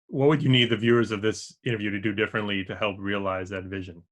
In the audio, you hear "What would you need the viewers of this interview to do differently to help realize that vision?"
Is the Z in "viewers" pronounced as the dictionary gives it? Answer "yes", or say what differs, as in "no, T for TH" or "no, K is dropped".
yes